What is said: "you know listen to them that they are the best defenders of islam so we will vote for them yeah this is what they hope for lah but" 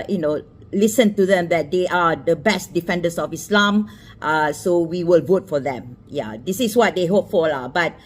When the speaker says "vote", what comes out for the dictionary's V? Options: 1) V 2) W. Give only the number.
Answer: 1